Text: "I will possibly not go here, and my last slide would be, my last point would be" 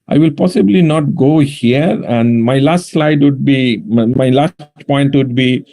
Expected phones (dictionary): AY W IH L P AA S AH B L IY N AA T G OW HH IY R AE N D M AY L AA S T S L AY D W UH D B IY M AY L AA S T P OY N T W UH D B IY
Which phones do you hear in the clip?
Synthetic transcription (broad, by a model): AY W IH L P AA S AH B L IY N AA T G OW HH IY R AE N D M AY L AA S T S L AY D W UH D B IY M AY L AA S T P OY N T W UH D B IY